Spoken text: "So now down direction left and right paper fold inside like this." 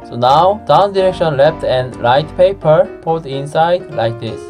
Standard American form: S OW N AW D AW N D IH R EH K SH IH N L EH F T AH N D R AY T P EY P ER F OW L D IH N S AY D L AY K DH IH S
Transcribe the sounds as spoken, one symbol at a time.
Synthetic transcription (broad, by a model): S OW N AW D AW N D IH R EH K SH IH N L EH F T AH N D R AY T P EY P ER P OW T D IH N S AY D L AY K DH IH S